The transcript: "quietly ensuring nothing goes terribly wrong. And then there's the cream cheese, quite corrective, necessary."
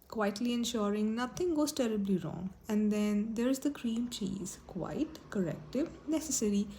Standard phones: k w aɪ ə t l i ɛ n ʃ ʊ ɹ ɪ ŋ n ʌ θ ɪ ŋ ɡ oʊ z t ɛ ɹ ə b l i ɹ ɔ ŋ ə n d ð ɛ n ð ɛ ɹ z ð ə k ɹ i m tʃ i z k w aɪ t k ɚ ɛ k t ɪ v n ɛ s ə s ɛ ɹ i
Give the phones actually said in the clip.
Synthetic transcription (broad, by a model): k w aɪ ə t l i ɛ n ʃ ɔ ɹ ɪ ŋ n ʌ t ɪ ŋ ɡ oʊ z t ɛ ɹ ə b l i ɹ ɔ ŋ ə n d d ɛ n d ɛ ɹ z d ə k ɹ i m tʃ i z k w aɪ t k ɚ ɛ k t ɪ v n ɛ s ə s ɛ ɹ i